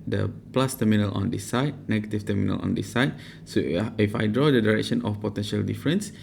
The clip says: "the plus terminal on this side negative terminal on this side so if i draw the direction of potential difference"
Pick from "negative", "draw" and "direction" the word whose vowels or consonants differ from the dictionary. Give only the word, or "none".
negative